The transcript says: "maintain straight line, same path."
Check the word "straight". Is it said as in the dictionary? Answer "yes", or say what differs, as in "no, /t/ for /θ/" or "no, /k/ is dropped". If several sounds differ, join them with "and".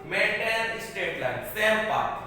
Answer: no, /ɹ/ is dropped